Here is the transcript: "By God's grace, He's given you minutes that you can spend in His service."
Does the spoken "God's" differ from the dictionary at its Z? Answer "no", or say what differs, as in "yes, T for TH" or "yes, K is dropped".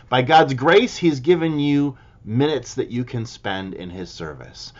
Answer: no